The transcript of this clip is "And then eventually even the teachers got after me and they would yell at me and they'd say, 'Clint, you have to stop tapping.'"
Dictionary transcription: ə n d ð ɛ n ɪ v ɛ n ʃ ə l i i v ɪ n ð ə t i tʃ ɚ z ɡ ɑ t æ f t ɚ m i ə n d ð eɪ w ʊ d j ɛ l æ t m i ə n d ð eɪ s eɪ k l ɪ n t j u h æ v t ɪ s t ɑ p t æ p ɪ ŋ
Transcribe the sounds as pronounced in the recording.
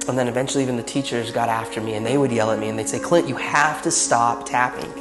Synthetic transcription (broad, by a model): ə n ð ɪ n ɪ v ɛ n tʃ l i i v ɪ n ð ə t i tʃ ɚ z ɡ ɑ t æ f t ɚ m i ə n ð eɪ w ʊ d j ɛ l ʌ t m i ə n ð eɪ s eɪ k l ɪ t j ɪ h æ f t ɪ s t ɑ p t æ p ɪ ŋ